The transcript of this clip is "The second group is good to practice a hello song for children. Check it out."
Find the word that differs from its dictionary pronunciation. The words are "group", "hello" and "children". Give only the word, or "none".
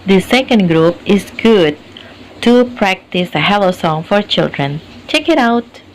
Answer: none